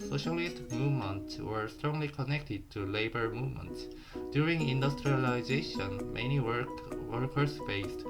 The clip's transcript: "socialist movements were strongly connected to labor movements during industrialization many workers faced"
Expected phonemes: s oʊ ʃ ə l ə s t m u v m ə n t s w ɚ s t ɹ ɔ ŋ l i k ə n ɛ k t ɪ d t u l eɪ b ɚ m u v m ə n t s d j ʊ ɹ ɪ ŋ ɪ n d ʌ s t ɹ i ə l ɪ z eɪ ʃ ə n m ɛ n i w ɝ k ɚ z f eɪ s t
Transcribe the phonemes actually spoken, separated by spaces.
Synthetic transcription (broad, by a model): s oʊ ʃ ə l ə s t m u v m ə n t s w ɚ s t ɹ ɔ ŋ l i k ə n ɛ k t ɪ d t u l eɪ b ɚ m u v m ə n t s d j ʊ ɹ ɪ ŋ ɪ n d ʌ s t ɹ i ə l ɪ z eɪ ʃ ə n m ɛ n i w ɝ k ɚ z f eɪ s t